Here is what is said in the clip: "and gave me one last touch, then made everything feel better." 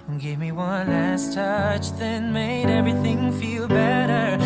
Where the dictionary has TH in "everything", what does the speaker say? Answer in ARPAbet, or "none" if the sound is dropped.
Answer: TH